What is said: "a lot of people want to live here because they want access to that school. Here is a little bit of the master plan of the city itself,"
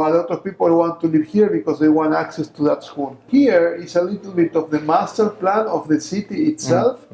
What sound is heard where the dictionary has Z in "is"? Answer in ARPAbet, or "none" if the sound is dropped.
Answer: S